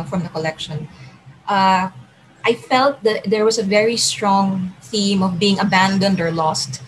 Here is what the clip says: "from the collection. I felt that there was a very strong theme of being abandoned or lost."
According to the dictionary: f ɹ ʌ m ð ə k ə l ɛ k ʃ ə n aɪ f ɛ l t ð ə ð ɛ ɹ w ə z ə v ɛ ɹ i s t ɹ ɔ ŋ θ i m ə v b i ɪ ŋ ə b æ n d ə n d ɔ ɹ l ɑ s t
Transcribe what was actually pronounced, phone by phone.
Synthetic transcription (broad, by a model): f ɹ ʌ m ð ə k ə l ɛ k ʃ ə n aɪ f ɛ l t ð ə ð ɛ ɹ w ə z ə v ɛ ɹ i s t ɹ ɔ ŋ θ i m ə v b i ɪ ŋ ə b æ n d ə n d ɔ ɹ l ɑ s t